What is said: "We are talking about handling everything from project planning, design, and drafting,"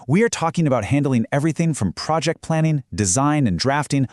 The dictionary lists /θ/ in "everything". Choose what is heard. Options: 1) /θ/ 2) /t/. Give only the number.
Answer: 1